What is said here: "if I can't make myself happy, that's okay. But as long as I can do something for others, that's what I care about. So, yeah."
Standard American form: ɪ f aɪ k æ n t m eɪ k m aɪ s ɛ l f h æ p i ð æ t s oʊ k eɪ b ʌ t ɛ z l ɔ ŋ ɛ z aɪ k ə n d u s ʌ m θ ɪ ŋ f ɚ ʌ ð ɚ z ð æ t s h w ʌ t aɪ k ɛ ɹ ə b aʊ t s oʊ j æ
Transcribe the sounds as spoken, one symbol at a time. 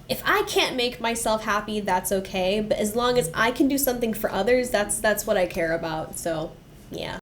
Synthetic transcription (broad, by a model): ɪ f aɪ k æ n m eɪ k m aɪ s ɛ l f h æ p i ð æ t s oʊ k eɪ b ʌ t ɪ z l ɔ ŋ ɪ z aɪ k ə n d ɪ s ʌ m θ ɪ ŋ f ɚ ʌ ð ɚ z ð æ t s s w ʌ t aɪ k ɛ ɹ ə b aʊ t s oʊ j æ